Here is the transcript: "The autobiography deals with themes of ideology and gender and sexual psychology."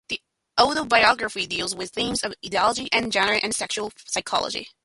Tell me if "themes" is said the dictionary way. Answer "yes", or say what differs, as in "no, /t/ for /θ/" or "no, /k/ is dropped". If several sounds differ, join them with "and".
yes